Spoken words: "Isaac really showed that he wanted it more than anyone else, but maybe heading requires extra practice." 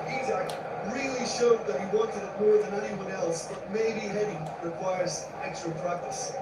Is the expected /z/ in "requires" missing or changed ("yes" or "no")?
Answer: no